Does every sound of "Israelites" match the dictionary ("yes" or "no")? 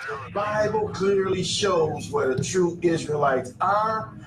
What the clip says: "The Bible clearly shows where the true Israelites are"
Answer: yes